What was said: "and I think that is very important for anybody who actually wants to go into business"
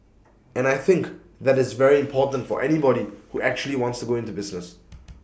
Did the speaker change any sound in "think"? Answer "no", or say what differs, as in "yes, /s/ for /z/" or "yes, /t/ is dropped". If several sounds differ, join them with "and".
no